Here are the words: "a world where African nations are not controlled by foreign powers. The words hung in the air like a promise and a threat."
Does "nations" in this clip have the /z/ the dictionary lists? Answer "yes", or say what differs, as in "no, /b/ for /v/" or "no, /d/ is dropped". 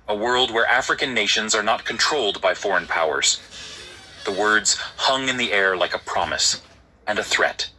yes